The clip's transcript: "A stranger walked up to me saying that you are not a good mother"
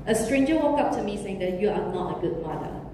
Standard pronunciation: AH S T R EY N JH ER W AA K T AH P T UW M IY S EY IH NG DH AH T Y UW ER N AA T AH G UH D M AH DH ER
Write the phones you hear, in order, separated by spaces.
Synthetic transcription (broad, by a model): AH S T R EY N JH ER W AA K AH P T UW M IY S EY IH NG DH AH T Y UW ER N AA T AH G UH D M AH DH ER